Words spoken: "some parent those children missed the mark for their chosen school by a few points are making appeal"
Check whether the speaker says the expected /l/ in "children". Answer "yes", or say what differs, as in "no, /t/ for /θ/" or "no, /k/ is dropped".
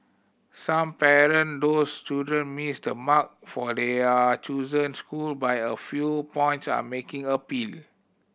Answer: no, /l/ is dropped